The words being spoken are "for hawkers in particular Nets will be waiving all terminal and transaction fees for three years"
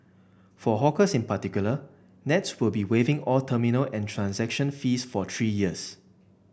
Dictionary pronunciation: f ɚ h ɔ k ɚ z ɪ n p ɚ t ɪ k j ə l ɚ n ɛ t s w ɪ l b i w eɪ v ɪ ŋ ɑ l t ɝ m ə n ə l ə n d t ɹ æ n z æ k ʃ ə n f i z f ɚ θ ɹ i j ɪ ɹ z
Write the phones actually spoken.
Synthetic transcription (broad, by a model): f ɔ h ɔ k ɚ s ɪ n p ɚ t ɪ k j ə l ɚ n ɛ t s w ɪ l b i w eɪ v ɪ ŋ ɑ l t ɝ m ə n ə l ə n t ɹ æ n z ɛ k ʃ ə n f i s f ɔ t ɹ i j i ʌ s